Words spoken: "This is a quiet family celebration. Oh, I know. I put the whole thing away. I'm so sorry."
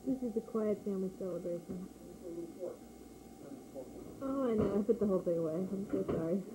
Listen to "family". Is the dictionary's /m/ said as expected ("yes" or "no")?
no